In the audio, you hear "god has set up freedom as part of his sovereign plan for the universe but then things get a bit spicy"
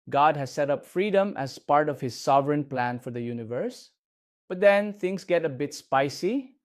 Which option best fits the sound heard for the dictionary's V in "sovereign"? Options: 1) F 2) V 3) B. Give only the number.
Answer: 2